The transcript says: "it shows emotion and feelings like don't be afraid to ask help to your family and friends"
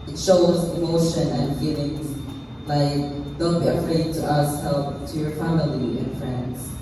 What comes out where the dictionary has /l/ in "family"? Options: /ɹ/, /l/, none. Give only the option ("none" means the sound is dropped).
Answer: /l/